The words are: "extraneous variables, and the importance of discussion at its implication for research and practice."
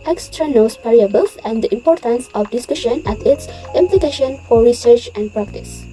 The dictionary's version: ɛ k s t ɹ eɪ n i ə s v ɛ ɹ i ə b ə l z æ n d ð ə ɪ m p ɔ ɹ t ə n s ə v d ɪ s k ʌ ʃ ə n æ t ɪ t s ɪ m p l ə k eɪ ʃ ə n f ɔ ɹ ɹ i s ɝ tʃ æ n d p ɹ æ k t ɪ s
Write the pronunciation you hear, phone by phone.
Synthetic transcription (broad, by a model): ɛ k s t ɹ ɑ n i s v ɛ ɹ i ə b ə l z æ n d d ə ɪ m p ɔ ɹ t ə n s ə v d ɪ s k ʌ ʃ ə n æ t ɪ t s ɪ m p l ə k eɪ ʃ ə n f ɔ ɹ ɹ i s ɝ tʃ æ n d p ɹ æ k t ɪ s